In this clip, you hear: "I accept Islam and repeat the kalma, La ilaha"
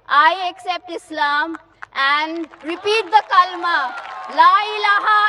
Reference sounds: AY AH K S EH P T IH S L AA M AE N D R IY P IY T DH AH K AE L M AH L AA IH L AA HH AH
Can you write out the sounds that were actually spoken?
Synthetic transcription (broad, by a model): AY AH K S EH P T IH S L AA M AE N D R IY P IY T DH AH K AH L M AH L AA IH L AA HH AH